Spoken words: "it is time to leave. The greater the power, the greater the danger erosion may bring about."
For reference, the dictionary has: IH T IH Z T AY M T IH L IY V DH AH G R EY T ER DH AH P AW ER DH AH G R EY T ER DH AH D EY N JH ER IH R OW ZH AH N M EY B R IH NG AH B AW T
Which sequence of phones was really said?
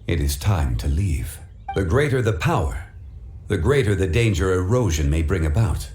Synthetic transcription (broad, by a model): IH T IH Z T AY M T IH L IY V DH AH G R EY T ER DH AH P AW ER DH AH G R EY T ER DH AH D EY N JH ER IH R OW ZH AH N M EY B R IH NG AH B AW T